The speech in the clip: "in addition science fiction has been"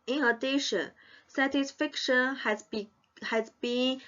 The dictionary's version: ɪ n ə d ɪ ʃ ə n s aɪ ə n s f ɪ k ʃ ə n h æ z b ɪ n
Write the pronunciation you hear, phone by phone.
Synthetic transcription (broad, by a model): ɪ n ə d ɪ ʃ ə n s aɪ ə s f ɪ k ʃ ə n h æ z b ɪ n